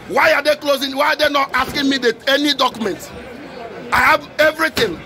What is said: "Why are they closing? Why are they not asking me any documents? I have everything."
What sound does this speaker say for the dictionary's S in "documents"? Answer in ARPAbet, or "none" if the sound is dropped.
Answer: none